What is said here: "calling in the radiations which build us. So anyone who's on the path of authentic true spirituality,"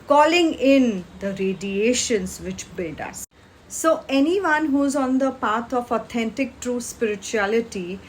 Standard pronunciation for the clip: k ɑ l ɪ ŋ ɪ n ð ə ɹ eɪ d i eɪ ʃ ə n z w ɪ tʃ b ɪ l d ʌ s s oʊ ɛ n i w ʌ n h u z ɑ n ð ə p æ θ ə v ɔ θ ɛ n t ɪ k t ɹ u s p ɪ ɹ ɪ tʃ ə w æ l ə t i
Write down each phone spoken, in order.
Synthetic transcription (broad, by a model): k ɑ l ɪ ŋ ɪ n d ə ɹ eɪ d i eɪ ʃ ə n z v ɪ tʃ b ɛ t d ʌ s s oʊ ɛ n i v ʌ n h u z ɑ n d ə p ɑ t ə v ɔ t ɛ n t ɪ k t ɹ u s p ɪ ɹ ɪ tʃ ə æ l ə t i